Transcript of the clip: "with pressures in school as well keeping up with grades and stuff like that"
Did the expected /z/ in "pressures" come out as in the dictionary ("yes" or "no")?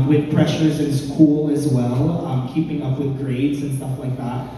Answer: yes